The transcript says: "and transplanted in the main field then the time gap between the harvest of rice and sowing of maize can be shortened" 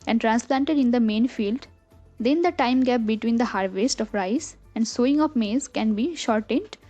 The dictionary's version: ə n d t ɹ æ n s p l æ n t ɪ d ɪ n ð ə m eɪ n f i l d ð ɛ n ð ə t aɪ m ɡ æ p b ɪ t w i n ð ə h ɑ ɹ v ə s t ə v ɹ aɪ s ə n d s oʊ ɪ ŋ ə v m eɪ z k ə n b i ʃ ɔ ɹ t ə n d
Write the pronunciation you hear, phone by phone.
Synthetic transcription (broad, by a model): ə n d t ɹ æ n s p l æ n t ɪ d ɪ n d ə m eɪ n f i l d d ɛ n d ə t aɪ m ɡ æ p b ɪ t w i n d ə h ɑ ɹ v ə s t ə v ɹ aɪ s ə n d s oʊ ɪ ŋ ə f m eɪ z k ə n b i ʃ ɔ ɹ t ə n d